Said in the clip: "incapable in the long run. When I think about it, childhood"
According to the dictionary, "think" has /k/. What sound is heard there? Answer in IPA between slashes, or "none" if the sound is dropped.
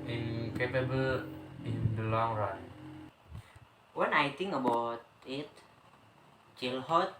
none